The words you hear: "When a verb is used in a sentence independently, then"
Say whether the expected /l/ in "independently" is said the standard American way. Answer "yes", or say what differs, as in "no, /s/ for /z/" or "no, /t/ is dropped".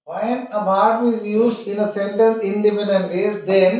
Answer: no, /l/ is dropped